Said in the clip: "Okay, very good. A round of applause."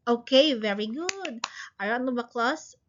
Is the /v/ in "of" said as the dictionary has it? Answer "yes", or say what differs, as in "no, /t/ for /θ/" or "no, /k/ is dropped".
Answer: no, /b/ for /v/